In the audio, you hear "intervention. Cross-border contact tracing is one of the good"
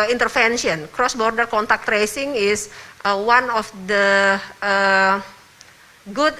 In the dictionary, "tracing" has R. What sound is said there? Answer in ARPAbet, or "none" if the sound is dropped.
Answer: R